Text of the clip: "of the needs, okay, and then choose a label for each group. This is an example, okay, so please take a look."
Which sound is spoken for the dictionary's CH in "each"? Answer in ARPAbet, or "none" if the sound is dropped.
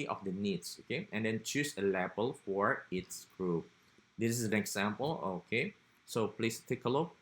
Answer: S